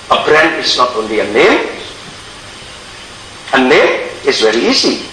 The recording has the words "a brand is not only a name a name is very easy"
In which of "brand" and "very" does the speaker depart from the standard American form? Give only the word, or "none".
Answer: brand